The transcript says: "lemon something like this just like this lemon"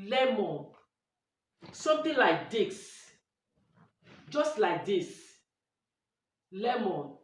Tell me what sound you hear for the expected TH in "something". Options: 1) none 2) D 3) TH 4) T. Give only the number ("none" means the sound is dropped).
4